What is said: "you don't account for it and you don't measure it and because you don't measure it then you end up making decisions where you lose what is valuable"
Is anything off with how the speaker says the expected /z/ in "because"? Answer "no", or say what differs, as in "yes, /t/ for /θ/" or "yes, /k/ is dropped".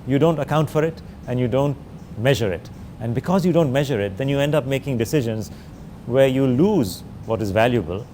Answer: no